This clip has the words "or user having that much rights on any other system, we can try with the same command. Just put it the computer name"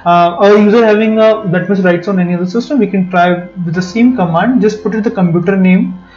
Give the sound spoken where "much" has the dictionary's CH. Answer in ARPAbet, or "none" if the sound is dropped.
S